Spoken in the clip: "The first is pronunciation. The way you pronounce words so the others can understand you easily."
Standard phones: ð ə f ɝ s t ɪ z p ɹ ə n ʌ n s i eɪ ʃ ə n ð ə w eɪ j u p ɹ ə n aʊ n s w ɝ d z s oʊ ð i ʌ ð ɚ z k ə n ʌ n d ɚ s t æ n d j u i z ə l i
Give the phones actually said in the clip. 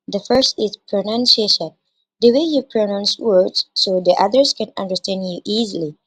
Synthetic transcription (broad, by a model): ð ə f ɝ s t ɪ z p ɹ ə n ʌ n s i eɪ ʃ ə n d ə w eɪ j u p ɹ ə n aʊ n s w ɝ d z s oʊ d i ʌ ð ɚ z k ə n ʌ n d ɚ s t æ n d j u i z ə l i